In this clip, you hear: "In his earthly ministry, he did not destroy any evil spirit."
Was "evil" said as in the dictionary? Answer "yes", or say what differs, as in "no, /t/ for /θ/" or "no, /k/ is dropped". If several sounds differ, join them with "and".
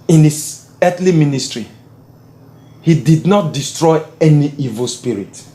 yes